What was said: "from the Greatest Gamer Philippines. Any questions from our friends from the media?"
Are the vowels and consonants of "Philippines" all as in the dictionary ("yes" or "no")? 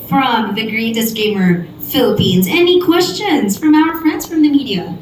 yes